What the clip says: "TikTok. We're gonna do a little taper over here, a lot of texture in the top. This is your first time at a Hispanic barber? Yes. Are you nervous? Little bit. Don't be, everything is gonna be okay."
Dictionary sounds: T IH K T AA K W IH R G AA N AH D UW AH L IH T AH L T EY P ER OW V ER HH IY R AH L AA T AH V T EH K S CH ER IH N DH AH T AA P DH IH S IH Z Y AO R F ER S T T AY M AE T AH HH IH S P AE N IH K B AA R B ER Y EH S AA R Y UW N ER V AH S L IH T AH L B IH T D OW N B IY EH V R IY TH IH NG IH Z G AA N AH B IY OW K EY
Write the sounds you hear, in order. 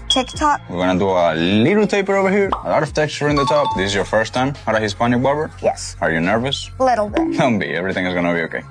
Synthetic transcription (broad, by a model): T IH K T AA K W IH R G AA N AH D UW AH L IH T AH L T EY P ER OW V ER HH IY R AH L AA T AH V T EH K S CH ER IH N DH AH T AA P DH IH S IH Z Y AO R F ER S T T AY M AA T AH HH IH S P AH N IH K B AA R B ER Y EH S AA R Y UW N ER V AH S L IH T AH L B IH T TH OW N B IY EH V R IY TH IH NG IH Z G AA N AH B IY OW K EY